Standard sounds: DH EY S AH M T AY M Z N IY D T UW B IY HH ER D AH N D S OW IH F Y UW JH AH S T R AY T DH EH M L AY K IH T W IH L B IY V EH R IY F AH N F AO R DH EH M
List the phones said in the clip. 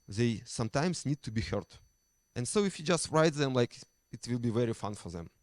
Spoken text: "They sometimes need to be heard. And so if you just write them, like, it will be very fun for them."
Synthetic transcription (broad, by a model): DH EY S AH M T AY M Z N IY D T UW B IY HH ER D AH N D S OW IH F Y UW JH AH S T R AY T DH EH M L AY K IH T W IH L B IY V EH R IY F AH N F AO R DH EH M